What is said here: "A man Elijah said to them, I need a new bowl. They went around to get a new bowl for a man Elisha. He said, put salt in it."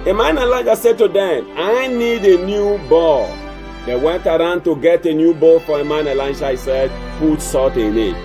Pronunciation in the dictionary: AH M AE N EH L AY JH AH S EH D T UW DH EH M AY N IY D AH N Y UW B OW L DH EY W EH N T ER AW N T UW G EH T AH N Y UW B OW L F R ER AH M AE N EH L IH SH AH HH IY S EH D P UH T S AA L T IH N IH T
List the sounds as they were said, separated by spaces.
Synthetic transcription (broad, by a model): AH M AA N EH L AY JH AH S EH D T UW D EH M AY N IY D AH N Y UW B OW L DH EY W EH N T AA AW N T UW G EH T AH N Y UW B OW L F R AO AH M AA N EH L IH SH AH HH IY S EH D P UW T S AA T IH N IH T